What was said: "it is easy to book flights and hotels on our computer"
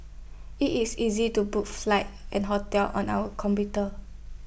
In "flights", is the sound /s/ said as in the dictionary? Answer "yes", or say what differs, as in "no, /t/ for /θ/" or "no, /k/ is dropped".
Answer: no, /s/ is dropped